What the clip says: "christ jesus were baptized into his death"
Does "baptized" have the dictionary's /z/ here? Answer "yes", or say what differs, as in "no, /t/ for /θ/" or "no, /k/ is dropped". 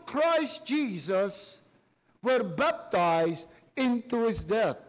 yes